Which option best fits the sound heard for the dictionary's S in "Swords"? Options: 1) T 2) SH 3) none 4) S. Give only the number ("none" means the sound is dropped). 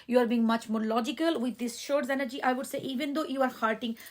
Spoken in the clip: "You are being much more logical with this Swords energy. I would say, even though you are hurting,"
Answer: 2